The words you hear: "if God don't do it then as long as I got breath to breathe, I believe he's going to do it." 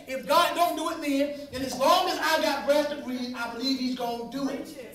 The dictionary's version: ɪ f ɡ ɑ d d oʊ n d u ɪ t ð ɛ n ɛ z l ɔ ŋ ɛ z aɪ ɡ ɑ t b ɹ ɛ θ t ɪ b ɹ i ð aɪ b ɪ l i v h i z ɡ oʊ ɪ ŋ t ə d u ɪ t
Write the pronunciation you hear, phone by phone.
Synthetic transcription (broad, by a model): ɪ f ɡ ɑ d d oʊ n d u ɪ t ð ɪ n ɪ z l ɔ ŋ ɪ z aɪ ɡ ɑ t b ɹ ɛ s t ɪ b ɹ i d aɪ b ɪ l i v h i z ɡ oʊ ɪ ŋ d u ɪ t